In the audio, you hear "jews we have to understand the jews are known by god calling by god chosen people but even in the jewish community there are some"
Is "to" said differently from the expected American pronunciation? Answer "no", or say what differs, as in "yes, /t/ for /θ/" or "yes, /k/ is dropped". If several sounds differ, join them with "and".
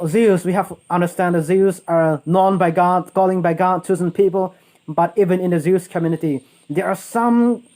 no